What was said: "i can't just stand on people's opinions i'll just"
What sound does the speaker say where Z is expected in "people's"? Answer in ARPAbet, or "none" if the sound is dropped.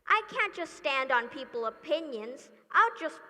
none